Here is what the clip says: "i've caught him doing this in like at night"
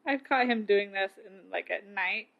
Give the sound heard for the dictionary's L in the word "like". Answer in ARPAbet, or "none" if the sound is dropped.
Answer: L